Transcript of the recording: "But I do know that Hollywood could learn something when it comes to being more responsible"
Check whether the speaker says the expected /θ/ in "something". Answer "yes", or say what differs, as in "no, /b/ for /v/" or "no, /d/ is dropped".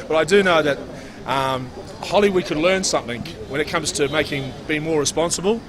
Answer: yes